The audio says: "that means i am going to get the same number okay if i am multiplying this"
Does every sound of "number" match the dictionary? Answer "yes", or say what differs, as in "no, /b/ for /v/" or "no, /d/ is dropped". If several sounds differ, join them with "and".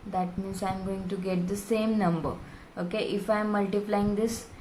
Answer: yes